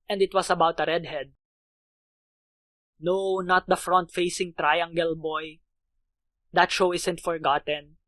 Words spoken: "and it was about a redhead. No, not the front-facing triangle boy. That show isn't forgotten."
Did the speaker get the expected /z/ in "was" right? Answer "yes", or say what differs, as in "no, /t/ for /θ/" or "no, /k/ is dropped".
no, /s/ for /z/